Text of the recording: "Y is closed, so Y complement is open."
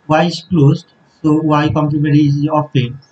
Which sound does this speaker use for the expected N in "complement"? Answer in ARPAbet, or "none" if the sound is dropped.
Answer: none